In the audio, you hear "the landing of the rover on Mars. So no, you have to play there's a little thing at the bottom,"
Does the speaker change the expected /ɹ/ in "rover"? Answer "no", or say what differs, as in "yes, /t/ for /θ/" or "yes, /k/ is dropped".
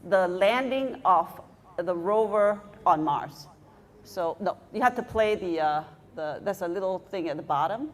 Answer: no